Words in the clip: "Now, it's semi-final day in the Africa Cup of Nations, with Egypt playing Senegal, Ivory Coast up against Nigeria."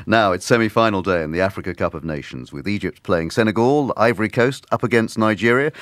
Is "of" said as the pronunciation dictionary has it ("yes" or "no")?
yes